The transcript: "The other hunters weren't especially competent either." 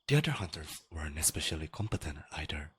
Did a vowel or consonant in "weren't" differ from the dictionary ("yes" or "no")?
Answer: yes